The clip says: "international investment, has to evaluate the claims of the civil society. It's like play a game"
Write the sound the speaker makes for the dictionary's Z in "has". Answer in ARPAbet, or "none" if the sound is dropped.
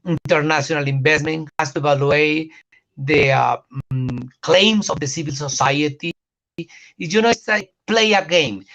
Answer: S